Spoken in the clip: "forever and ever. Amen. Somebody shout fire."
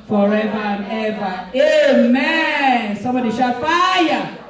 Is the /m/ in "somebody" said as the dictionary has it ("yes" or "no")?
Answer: yes